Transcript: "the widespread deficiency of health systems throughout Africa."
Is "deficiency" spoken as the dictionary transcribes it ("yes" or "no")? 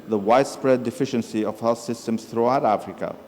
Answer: yes